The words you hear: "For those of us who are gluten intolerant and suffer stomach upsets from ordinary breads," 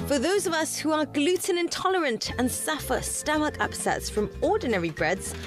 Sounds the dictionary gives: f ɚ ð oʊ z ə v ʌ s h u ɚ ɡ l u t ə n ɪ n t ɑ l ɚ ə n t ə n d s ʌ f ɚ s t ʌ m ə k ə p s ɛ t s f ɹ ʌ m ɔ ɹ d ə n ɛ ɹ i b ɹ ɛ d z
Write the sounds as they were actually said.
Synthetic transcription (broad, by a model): f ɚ ð oʊ z ə v ʌ s h u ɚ ɡ l u t ə n ɪ n t ɑ l ɚ ə n t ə n s ʌ f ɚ s t ʌ m ə k ə p s ɛ t s f ɹ ʌ m ɔ d n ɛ ɹ i b ɹ ɛ d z